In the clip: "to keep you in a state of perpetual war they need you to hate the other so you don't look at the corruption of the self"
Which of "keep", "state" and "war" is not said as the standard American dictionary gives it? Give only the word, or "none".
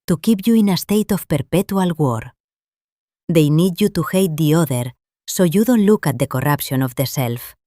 none